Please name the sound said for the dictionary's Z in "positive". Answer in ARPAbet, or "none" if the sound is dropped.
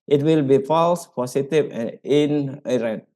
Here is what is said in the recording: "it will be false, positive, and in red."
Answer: S